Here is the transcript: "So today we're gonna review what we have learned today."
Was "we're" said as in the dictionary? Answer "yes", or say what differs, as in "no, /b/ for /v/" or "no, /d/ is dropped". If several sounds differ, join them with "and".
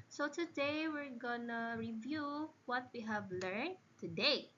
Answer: yes